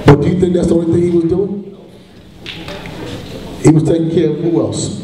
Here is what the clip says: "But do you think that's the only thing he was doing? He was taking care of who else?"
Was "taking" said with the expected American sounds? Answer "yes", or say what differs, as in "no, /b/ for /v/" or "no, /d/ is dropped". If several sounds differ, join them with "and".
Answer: no, /k/ is dropped